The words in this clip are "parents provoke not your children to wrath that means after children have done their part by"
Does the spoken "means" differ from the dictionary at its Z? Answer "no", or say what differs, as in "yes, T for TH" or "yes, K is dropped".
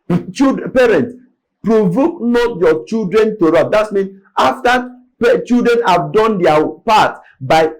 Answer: yes, Z is dropped